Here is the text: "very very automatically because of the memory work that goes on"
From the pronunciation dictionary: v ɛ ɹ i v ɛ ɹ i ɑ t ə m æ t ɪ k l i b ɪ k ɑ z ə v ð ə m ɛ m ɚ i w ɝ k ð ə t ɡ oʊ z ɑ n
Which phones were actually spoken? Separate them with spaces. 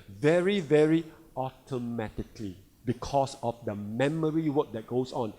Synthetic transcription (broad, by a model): v ɛ ɹ i v ɛ ɹ i ɑ t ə m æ t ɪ k l i b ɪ k ɑ s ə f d ə m ɛ m ɚ i w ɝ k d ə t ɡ oʊ s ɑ n